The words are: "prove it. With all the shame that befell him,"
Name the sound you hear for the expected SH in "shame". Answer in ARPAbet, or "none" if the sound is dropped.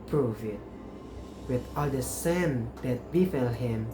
S